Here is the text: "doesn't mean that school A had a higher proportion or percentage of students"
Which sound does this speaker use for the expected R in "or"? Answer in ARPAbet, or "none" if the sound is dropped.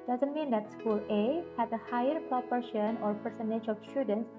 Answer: R